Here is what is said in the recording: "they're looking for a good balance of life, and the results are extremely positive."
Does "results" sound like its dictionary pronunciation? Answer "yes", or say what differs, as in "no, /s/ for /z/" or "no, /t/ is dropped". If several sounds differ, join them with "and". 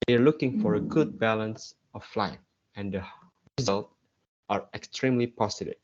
no, /s/ is dropped